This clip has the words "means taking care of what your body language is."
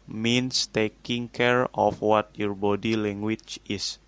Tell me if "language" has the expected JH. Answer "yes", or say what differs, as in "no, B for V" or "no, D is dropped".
no, CH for JH